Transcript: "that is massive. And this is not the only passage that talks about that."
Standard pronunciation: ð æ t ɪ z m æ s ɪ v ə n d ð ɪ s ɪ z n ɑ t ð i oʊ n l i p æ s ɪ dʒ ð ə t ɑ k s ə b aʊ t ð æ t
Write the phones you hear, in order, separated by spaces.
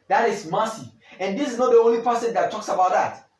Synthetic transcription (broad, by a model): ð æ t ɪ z m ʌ s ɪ ə n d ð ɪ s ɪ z n ɑ t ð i oʊ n l i p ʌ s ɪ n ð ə t ɑ k s ə b aʊ t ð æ t